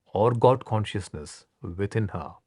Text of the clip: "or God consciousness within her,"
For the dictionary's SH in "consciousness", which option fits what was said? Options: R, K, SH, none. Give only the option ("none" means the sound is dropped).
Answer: SH